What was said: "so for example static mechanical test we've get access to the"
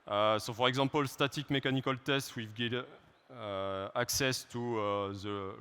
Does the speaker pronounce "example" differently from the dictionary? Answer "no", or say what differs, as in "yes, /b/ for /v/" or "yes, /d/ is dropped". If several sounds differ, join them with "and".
yes, /m/ is dropped